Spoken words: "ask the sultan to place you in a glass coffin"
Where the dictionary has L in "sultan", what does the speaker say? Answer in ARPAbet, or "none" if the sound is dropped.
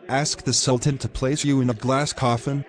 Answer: L